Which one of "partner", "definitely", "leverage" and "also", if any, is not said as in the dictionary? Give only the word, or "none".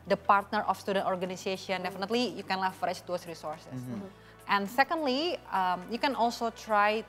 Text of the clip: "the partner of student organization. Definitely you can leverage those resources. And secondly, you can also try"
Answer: leverage